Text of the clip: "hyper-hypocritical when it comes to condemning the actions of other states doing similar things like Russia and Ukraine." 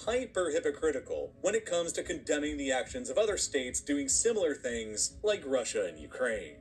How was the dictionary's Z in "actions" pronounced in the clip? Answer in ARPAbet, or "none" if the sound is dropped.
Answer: Z